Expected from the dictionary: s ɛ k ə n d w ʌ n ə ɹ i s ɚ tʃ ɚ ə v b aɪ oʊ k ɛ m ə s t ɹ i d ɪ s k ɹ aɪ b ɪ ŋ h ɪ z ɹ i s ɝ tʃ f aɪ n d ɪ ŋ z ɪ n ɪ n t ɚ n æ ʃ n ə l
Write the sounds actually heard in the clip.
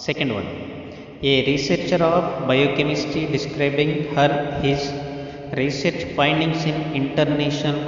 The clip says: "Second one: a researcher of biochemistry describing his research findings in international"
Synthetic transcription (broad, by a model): s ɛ k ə n d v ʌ n ə ɹ i s ɚ tʃ ɚ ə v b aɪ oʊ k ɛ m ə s t i d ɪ s k ɹ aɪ b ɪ ŋ h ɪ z ɹ i s ɝ tʃ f aɪ n d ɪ ŋ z ɪ n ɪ n t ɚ n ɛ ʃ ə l